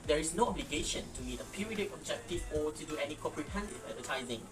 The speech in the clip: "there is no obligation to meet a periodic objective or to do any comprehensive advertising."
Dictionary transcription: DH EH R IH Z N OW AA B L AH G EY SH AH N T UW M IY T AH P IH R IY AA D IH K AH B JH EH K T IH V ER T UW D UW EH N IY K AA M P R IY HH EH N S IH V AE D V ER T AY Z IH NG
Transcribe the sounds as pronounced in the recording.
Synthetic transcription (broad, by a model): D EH R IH S N OW AA B L AH G EY SH AH N T UW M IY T AH P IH R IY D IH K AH B JH EH K T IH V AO T UW D UW EH N IY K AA P R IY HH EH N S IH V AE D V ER T AY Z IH NG